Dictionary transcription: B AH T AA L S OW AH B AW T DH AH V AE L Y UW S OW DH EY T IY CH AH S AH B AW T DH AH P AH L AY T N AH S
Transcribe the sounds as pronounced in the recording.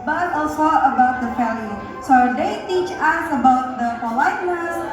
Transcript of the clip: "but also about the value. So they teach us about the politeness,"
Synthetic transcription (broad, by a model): B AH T AA L S OW AH B AW T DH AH F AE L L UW S OW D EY T IY CH AH S AH B AW T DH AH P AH L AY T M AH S